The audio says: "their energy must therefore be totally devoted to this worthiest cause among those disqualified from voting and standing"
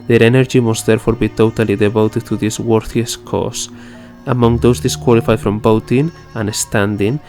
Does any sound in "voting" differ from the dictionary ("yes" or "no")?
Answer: yes